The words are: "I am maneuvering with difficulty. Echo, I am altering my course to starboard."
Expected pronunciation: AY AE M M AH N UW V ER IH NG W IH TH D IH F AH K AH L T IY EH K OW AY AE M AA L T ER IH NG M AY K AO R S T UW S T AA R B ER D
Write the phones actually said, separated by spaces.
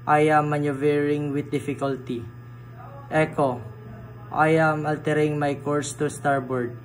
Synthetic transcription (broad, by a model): AY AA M M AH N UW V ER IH NG W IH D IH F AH K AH L T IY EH K OW AY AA M AA L T ER IH NG M AY K AO R S T UW S T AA R B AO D